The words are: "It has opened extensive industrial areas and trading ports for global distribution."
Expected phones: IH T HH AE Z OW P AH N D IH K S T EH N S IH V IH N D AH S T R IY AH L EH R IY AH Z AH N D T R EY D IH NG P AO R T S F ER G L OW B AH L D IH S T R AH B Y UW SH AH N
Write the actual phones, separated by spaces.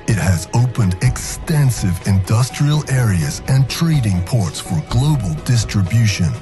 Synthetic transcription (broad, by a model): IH T HH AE Z OW P AH N D IH K S T EH N S IH V IH N D AH S T R IY AH L EH R IY AH Z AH N T R EY D IH NG P AO R T S F ER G L OW B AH L D IH S T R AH B Y UW SH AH N